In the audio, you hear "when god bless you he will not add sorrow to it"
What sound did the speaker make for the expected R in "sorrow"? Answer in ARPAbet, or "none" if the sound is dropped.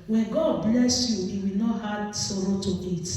R